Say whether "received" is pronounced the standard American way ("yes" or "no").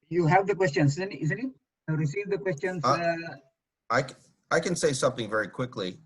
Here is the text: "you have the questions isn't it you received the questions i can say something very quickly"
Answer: yes